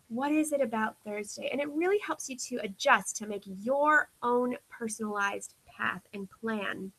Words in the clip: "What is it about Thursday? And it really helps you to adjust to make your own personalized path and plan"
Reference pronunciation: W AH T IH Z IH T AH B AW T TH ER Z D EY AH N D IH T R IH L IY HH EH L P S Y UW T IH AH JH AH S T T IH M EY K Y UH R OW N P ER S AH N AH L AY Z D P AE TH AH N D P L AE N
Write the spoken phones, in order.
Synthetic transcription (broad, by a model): W AH T IH Z IH T AH B AW T TH ER Z D EY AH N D IH T R IH L IY HH EH L P S Y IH T IH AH JH AH S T T IH M EY K Y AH R OW N P ER S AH N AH L AY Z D P AE TH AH N P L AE N